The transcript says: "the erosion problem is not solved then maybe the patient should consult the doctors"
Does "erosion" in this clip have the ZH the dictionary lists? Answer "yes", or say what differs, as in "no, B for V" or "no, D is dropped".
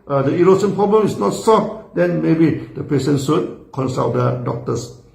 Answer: no, S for ZH